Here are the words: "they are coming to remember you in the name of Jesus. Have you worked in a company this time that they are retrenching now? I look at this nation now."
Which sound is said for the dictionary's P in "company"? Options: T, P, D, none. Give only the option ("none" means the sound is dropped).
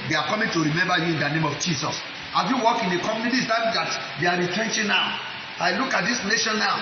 none